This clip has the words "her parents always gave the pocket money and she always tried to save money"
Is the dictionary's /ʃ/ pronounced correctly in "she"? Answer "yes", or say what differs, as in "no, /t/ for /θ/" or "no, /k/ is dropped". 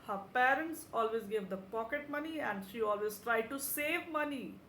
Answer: yes